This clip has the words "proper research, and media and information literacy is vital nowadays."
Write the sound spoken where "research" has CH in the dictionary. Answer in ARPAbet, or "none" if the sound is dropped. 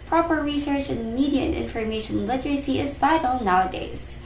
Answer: CH